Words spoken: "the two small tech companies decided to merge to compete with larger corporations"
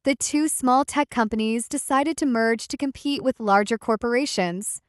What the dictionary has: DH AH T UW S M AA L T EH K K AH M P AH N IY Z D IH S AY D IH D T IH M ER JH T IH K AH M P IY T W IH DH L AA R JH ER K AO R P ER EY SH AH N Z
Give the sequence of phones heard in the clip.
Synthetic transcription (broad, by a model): DH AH T UW S M AA L T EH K K AH M P AH N IY Z D IH S AY D IH D T IH M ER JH T IH K AH M P IY T W IH DH L AA R JH ER K AO R P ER EY SH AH N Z